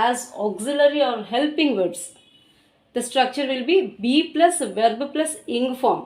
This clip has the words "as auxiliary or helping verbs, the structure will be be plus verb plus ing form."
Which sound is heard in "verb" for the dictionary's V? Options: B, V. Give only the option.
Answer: V